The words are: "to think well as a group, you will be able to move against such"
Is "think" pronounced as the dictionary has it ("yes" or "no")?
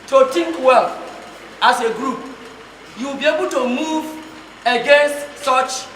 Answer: no